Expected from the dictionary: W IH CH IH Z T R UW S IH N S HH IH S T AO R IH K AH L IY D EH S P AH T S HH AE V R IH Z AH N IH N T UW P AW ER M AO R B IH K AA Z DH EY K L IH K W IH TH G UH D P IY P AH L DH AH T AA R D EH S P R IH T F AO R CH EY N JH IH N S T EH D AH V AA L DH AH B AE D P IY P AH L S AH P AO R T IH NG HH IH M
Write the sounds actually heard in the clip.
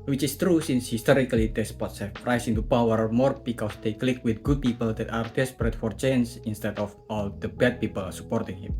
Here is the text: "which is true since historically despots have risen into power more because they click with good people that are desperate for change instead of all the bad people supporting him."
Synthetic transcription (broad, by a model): W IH CH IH S T R UW S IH N S HH IH S T AO R IH K AH L IY D EH S P AH T S HH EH F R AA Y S IH N T UW P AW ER M AO R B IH K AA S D EY K L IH K W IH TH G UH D P IY P AH L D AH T AA R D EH S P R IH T F AO R CH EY N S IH N S T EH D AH F AA L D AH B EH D P IY P AH L S AH P AO R T IH NG HH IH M